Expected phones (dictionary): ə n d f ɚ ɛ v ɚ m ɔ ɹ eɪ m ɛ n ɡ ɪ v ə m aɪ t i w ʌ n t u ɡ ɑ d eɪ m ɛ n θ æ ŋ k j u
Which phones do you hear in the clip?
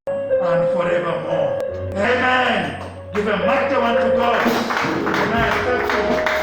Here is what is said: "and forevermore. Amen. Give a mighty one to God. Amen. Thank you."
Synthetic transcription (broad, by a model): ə n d f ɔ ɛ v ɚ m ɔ eɪ m ɛ n ɡ ɪ v ə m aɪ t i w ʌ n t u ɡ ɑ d eɪ m ɛ n f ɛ k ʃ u